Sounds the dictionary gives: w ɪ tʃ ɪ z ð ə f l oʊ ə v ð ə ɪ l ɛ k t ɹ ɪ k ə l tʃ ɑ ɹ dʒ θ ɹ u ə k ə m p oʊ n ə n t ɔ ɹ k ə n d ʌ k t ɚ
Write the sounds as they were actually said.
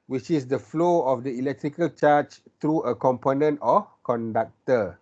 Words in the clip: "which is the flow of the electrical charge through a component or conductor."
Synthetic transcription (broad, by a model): w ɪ tʃ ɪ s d ə f l oʊ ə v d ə ɪ l ɛ k t ɹ ɪ k ə l tʃ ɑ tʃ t ɹ u ə k ə m p oʊ n ə n t ɔ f k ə n d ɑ k t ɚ